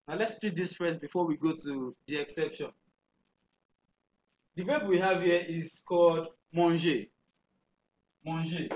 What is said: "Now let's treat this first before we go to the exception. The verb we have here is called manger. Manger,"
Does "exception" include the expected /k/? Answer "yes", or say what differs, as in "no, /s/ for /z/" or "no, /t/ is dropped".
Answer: yes